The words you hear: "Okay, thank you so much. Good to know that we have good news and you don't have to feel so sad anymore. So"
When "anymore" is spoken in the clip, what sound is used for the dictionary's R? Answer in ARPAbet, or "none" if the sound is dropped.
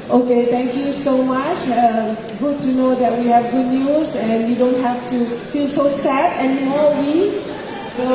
W